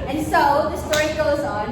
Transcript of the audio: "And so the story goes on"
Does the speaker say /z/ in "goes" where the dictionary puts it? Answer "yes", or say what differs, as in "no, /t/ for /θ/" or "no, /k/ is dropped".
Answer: yes